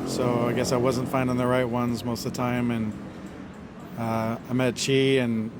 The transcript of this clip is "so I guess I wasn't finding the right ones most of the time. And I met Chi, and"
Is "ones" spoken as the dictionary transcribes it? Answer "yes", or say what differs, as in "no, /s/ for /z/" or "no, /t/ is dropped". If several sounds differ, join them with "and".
yes